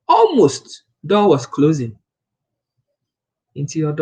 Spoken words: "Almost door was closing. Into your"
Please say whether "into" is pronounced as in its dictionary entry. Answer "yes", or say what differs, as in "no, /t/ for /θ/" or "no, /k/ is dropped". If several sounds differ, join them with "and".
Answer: yes